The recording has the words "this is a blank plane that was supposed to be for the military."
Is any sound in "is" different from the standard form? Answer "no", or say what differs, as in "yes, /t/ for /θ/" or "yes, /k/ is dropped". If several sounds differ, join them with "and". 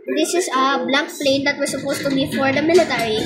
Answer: yes, /s/ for /z/